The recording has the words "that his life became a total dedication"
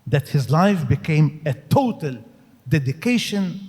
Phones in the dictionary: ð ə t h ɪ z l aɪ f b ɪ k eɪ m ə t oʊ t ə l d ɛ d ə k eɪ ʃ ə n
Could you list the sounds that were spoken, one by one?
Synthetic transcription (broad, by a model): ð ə t h ɪ z l aɪ f b ɪ k eɪ m ə t oʊ t ə l d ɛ d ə k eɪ ʃ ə n